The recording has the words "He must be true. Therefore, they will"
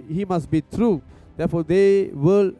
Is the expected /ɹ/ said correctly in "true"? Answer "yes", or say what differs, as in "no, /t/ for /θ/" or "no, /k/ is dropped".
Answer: yes